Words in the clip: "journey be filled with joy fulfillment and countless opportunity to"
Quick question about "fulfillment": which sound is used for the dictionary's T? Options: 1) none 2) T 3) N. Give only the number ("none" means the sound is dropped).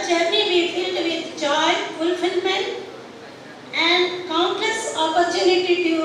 1